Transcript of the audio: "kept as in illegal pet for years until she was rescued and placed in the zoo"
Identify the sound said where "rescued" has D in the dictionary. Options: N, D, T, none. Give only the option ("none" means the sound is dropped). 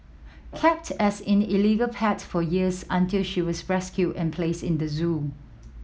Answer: none